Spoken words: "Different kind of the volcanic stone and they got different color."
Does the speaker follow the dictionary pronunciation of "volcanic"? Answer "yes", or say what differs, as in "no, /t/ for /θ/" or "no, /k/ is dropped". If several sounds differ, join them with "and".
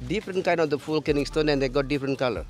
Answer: no, /f/ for /v/